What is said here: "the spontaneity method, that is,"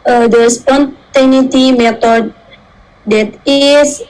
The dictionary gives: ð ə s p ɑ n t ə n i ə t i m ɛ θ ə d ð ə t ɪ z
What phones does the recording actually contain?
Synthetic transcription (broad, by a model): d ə s p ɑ n t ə n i t i m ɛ t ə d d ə t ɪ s